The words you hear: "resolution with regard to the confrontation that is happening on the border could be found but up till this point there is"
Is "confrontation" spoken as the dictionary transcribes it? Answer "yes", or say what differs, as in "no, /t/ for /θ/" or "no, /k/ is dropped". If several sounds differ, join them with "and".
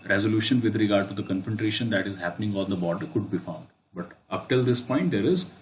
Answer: no, /ɹ/ is dropped